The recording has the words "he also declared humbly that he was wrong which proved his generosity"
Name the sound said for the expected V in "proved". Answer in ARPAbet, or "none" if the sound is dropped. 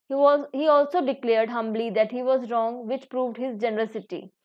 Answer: V